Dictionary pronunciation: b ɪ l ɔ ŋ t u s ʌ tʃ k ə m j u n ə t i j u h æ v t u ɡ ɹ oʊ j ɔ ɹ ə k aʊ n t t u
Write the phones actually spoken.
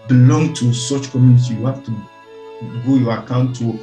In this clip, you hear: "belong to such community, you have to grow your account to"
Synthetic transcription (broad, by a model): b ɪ l ɔ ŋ t u s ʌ tʃ k ə m j u n ə t i j u h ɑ f t u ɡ oʊ j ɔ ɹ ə k aʊ n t t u